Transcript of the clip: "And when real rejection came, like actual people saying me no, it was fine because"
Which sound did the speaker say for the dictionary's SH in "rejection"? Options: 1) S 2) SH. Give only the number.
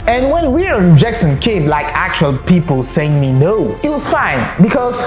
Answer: 1